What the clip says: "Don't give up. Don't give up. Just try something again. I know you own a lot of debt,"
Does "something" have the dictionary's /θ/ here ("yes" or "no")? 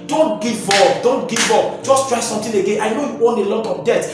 no